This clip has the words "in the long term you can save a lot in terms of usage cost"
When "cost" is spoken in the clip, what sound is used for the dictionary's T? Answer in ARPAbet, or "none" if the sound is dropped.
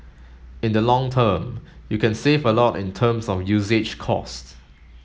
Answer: T